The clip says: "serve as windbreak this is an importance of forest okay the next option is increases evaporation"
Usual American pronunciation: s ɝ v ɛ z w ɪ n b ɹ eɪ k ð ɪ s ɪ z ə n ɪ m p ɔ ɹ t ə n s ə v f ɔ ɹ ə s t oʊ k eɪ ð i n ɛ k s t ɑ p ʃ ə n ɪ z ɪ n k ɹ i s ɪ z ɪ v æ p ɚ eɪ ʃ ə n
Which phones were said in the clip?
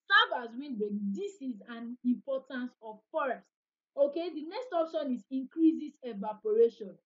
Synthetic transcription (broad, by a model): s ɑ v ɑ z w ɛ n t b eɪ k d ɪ s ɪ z ə n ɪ m p ɔ t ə n s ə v f ɔ ɹ ə s t oʊ k eɪ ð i n ɛ k s t ɑ p ʃ ə n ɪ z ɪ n k ɹ i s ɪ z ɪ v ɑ p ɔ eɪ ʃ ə n